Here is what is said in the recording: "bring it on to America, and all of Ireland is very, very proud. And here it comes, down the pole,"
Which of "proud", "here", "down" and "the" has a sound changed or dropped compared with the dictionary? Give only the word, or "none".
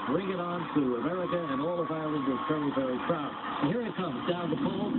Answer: proud